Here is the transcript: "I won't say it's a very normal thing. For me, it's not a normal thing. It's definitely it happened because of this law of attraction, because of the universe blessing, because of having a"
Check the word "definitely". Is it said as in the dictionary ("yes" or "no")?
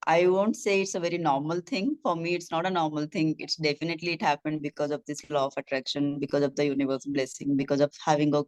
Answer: yes